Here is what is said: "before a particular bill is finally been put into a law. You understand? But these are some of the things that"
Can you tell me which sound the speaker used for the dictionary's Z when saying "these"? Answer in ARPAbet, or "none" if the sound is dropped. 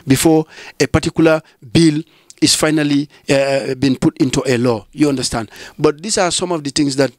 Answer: S